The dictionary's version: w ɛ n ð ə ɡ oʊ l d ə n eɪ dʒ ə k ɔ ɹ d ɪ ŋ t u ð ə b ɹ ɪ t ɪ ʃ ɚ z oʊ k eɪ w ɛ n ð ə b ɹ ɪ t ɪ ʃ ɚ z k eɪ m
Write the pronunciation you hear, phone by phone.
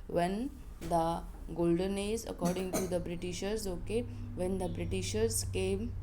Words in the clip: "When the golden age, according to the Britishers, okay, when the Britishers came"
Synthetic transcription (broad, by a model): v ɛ n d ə ɡ oʊ l d ə n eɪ z ə k ɔ ɹ d ɪ ŋ t u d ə b ɹ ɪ t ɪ ʃ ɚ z oʊ k eɪ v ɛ n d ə b ɹ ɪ t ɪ ʃ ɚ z k eɪ m